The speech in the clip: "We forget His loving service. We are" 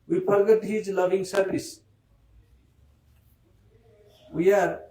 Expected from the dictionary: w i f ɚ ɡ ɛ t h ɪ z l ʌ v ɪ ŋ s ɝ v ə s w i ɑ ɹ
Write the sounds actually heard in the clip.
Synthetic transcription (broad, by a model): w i p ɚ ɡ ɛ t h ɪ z l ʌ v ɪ ŋ s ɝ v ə s w i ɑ ɹ